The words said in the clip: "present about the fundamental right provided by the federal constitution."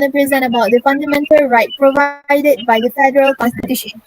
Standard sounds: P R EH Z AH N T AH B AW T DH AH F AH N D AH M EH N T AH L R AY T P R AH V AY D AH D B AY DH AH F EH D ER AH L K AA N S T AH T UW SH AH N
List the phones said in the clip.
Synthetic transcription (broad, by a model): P R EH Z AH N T AH B AW T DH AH F AH N D AH M EH N T AH L R AY T P R AH V AY D AH D B AY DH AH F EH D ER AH L K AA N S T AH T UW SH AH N